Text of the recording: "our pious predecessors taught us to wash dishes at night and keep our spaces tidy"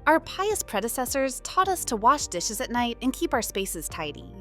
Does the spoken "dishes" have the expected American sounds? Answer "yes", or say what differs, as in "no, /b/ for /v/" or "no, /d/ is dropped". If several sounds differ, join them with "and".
yes